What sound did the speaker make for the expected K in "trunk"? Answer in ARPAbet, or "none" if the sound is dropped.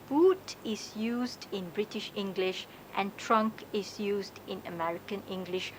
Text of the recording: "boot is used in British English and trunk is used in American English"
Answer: K